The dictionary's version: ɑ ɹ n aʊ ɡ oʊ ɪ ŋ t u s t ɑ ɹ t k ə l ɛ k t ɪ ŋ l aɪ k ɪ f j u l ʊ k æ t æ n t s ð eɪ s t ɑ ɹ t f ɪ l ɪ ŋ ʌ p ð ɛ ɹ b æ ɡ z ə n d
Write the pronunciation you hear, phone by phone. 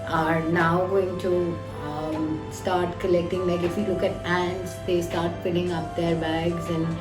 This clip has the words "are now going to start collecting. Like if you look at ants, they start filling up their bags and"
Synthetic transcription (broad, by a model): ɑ ɹ n aʊ ɡ oʊ ɪ ŋ t u s t ɑ ɹ t k ə l ɛ k t ɪ ŋ l aɪ k ɪ f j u l ʊ k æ t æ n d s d eɪ s t ɑ ɹ t p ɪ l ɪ ŋ ʌ p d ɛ ɹ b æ ɡ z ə n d